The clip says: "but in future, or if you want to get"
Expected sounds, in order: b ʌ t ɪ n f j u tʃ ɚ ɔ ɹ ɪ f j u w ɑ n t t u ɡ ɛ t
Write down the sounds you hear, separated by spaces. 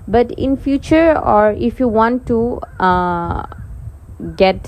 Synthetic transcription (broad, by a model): b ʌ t ɪ n f j u tʃ ɚ ɔ ɹ ɪ f j u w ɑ n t t u ɡ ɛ t